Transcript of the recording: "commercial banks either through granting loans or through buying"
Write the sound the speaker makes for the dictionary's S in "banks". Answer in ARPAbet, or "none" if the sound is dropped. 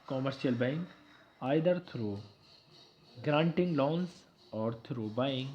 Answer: none